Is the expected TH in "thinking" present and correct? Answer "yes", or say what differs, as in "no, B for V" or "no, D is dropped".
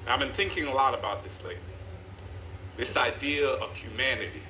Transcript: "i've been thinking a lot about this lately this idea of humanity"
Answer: yes